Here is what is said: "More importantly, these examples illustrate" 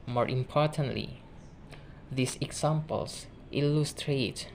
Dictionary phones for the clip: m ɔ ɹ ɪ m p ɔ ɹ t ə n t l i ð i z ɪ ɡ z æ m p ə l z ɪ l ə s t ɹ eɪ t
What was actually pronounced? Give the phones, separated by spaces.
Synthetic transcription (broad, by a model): m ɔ ɹ ɪ m p ɔ ɹ t ə n t l i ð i s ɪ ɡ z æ m p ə l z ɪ l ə s t ɹ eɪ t